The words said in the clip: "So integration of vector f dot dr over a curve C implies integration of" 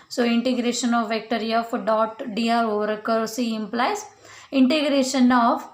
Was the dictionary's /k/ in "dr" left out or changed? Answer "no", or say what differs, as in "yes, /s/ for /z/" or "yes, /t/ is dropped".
yes, /k/ is dropped